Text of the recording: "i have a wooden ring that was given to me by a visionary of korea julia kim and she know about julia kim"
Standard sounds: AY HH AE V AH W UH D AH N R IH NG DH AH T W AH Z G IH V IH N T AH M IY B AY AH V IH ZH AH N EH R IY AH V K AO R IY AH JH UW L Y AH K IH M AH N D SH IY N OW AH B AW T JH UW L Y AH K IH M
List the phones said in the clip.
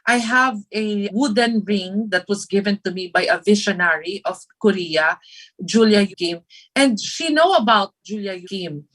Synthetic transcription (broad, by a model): AY HH AE V AH W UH D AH N R IH NG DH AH T W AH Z G IH V IH N T AH M IY B AY AH V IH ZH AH N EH R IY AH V K AO R IY AH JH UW L Y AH K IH M AH N D SH IY N OW AH B AW T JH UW L Y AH K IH M